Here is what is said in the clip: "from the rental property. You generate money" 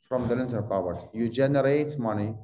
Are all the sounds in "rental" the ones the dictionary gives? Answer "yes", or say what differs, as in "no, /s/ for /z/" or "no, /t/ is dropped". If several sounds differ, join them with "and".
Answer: no, /l/ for /ɹ/ and /n/ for /l/